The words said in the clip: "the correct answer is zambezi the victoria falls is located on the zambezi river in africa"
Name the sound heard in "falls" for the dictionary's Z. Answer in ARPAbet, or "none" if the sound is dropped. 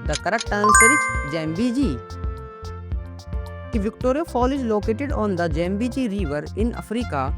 none